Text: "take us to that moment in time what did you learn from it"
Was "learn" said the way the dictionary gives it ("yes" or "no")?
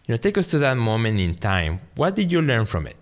yes